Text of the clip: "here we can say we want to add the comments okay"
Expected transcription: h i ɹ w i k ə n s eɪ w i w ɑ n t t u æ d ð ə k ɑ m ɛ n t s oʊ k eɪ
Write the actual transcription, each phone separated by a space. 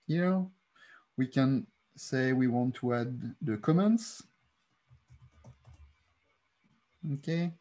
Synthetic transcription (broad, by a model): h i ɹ w i k ə n s eɪ w i w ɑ n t t u æ d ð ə k ɑ m ɛ n t s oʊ k eɪ